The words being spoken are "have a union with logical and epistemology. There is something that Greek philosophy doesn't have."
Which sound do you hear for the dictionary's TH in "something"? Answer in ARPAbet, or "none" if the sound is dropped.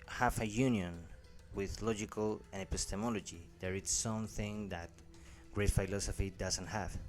TH